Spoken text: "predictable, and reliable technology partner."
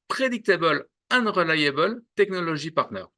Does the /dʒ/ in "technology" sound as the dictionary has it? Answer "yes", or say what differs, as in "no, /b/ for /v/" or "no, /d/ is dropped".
no, /ʒ/ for /dʒ/